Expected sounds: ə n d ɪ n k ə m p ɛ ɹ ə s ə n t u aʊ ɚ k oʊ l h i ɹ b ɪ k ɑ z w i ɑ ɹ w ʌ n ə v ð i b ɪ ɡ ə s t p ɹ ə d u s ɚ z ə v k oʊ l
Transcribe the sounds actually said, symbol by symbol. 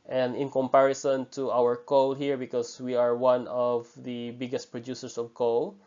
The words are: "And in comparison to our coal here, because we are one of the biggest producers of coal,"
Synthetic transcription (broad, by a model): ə n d ɪ n k ə m p ɛ ɹ ə s ə n t u aʊ ɚ k oʊ l h i ɹ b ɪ k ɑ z w i ɑ ɹ w ʌ n ə v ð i b ɪ ɡ ə s t p ɹ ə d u s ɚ s ə v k oʊ l